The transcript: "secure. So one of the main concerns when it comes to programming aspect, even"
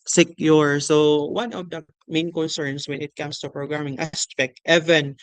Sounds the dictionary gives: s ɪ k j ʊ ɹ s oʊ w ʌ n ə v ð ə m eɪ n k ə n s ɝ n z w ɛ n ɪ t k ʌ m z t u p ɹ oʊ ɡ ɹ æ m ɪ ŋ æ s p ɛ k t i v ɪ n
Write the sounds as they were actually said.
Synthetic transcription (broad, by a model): s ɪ k j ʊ ɹ s oʊ w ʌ n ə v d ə m eɪ n k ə n s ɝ n s w ɛ n ɪ t k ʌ m s t u p ɹ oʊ ɡ ɹ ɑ m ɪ ŋ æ s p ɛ k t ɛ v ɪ n